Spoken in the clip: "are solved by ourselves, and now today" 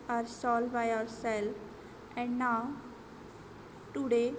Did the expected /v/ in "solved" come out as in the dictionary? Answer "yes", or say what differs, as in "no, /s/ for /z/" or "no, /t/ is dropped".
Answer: no, /v/ is dropped